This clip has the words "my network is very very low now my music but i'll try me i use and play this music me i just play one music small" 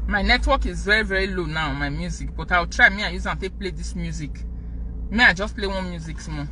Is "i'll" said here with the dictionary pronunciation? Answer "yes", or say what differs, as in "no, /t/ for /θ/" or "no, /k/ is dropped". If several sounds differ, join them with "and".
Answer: no, /w/ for /l/